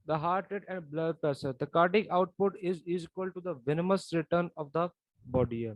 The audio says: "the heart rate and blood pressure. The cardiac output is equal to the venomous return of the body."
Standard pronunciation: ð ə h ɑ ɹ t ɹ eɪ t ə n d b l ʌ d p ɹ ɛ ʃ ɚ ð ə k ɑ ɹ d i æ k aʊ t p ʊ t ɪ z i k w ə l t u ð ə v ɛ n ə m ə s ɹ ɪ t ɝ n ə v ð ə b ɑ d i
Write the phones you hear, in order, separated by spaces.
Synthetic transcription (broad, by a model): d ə h ɑ ɹ t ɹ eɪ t ə n d b l ʌ d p ɛ s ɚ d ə k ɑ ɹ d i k aʊ t p ʊ t ɪ z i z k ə l t u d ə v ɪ n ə m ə s ɹ ɪ t ɝ n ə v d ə b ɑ d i